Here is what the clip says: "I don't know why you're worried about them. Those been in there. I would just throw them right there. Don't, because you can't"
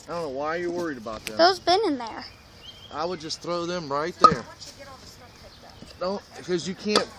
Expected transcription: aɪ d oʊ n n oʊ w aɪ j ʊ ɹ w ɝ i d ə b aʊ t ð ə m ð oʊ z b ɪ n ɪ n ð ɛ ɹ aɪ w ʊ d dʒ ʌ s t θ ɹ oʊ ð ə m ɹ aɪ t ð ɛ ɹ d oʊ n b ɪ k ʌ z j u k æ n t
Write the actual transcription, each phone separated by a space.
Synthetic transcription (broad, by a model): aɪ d oʊ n n oʊ w aɪ j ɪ w ɝ i d ə b aʊ t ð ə ð oʊ z b ɪ n ɪ n ð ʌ ɹ aɪ w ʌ d dʒ ʌ s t θ ɹ oʊ ð ə m ɹ aɪ t ð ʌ ɹ d oʊ n k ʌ z j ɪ k æ n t